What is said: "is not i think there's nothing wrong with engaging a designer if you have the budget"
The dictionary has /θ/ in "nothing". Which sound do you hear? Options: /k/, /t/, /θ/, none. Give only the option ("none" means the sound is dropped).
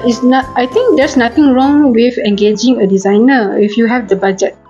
/t/